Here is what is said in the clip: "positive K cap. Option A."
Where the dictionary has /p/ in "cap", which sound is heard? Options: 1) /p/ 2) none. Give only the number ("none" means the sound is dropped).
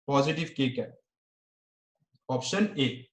2